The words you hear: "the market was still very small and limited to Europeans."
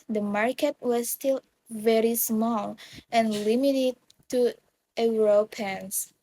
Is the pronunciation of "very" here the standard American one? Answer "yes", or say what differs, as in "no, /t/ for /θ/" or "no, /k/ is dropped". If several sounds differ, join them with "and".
yes